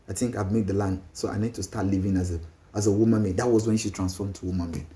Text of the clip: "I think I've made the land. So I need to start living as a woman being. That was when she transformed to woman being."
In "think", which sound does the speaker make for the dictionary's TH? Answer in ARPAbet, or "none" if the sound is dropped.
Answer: T